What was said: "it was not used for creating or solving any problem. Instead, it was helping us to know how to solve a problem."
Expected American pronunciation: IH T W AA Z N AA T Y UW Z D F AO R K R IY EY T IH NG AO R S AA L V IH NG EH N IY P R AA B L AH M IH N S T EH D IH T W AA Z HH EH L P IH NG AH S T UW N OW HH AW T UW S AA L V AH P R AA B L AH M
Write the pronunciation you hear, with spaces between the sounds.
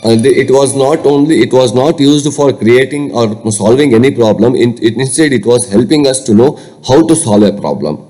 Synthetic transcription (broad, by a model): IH T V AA Z N AA T Y UW Z D F AO R K R IY EY T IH NG AO R S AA L V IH NG EH N IY P R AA B L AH M IH N S T EH D IH T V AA Z HH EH L P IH NG AH S T UW N OW HH AW T UW S AA L V AH P R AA B L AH M